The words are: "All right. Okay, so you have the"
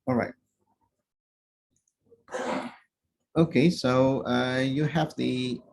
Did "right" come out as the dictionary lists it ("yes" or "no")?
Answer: yes